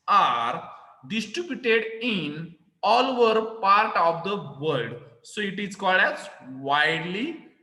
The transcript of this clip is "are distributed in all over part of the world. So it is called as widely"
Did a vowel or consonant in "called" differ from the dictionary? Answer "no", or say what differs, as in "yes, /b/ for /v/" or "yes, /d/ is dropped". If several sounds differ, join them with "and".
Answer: no